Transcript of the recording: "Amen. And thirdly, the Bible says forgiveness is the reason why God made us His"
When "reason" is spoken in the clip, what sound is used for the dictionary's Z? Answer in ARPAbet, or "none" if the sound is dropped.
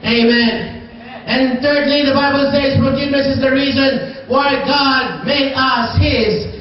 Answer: Z